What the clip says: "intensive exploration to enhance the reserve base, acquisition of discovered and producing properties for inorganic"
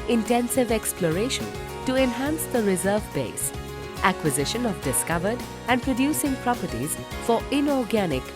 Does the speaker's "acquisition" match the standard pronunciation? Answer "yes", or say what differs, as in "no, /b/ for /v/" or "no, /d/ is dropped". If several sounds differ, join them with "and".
yes